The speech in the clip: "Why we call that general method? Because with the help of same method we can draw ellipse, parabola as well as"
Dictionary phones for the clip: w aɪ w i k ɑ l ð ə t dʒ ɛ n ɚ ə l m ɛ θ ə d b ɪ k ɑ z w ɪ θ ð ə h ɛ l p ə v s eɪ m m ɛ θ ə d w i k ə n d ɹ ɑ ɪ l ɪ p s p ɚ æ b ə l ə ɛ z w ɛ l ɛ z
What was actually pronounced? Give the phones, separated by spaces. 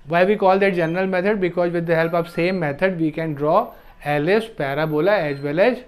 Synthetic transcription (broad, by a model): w aɪ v i k ɑ l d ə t dʒ ɛ n ɚ ə l m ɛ t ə d b ɪ k ɑ z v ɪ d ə h ɛ l p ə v s eɪ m m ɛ t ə d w i k ə n d ɹ ɑ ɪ l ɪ s p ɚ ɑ b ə l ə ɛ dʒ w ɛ l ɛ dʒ